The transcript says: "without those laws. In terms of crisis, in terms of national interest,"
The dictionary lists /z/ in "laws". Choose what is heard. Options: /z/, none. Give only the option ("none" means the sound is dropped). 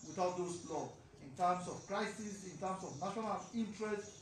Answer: none